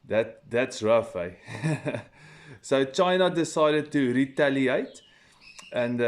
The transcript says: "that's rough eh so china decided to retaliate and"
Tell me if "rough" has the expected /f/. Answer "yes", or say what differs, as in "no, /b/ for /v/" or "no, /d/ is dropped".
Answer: yes